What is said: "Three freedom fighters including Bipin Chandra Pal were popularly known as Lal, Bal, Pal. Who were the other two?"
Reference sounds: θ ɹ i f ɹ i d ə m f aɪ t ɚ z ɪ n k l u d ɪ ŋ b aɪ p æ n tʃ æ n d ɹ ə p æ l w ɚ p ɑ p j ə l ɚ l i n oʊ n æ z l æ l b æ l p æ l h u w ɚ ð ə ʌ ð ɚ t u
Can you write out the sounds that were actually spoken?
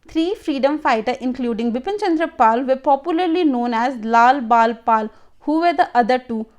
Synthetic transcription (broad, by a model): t ɹ i f ɹ i d ə m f aɪ t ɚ ɪ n k l u d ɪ ŋ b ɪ p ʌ n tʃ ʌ n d ɹ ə p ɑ l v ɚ p ɑ p j ə l ɚ l i n oʊ n æ z l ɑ l b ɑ l p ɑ l h u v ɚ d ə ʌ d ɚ t u